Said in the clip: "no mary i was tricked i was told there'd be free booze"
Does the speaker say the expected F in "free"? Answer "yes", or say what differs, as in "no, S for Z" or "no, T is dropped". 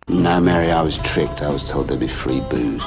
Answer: yes